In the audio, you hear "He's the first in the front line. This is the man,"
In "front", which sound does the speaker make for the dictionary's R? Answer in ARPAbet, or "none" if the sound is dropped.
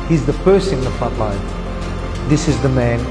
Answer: none